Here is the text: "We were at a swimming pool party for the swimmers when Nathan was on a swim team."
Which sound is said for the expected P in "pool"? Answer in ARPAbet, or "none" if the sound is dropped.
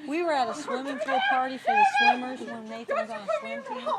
F